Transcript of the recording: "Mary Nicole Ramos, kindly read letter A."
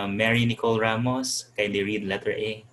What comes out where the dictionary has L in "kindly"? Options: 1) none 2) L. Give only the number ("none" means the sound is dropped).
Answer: 1